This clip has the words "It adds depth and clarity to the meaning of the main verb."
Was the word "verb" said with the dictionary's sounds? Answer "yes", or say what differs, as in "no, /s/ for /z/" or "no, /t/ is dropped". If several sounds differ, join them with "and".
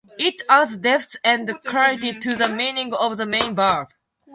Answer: no, /b/ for /v/